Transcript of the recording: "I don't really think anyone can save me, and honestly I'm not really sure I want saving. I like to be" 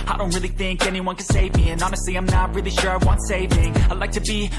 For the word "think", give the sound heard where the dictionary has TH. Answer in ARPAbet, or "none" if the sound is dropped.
TH